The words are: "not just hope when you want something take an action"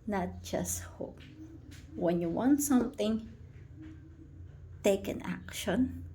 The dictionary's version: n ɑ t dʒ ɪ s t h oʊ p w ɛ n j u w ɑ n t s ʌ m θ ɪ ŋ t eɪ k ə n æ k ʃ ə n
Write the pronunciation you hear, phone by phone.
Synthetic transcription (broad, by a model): n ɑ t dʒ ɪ s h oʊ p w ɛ n j u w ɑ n s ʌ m t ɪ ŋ t eɪ k ə n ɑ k ʃ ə n